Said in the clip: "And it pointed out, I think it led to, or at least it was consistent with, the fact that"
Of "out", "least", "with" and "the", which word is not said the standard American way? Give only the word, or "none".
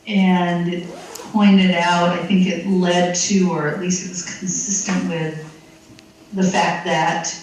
none